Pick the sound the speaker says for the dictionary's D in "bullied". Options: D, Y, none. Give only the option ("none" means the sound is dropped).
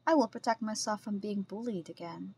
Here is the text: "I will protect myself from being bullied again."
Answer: D